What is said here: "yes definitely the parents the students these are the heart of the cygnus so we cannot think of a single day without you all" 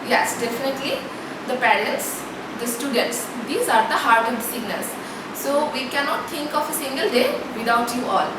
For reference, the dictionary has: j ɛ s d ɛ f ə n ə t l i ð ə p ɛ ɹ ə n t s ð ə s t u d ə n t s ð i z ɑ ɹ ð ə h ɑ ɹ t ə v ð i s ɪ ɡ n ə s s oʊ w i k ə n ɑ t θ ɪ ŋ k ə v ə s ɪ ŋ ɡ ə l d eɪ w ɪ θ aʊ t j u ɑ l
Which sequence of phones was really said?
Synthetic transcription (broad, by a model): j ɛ s d ɛ f ə n ə t l i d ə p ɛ l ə t s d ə s t u d ə n t s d i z ɑ ɹ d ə h ɑ ɹ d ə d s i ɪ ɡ n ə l s oʊ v i k ə n ɑ t t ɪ ŋ k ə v ə s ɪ ŋ ɡ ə l d eɪ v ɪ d aʊ t j u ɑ l